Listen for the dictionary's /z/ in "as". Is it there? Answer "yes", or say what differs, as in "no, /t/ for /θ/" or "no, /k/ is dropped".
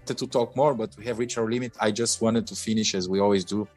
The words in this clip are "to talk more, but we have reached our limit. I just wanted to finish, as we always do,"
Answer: yes